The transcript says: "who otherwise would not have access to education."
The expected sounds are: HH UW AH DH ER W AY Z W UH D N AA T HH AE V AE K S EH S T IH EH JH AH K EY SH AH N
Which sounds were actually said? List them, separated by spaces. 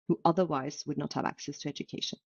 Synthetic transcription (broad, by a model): HH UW AH DH ER W AY Z W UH D N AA T HH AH V AE K S EH S T IH EH JH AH K EY SH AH N